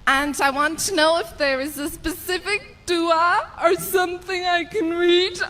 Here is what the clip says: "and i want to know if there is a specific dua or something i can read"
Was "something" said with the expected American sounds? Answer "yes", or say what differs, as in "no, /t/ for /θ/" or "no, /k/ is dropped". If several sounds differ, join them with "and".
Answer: yes